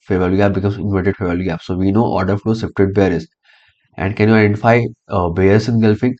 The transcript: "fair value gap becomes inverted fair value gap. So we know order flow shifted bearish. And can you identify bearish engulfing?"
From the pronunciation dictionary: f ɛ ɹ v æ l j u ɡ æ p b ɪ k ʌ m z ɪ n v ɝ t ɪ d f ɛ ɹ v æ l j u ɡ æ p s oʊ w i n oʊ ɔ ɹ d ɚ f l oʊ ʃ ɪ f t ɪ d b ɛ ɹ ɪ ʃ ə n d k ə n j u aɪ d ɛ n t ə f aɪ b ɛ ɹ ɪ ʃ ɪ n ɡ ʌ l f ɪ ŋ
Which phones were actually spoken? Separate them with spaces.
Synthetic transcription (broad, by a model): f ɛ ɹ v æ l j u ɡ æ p b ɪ k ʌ m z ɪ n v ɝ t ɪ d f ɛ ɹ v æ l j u ɡ æ p s oʊ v i n oʊ ɔ ɹ d ɚ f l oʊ s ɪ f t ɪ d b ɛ ɹ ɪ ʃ ə n d k ə n j u aɪ d ɛ n t ə f aɪ b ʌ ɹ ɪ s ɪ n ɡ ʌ l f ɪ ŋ